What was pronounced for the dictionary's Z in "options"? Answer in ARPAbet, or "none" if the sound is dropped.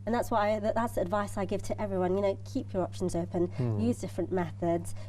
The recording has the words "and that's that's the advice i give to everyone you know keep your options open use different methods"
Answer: Z